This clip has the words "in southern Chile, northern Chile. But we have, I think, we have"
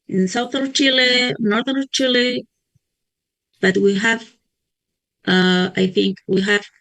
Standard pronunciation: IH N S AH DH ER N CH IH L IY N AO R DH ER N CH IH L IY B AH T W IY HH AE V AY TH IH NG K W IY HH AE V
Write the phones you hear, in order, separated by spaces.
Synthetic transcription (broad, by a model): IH N S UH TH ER CH IH L IY N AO R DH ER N CH IH L IY B AH T W IY HH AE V AY TH IH NG K W IY HH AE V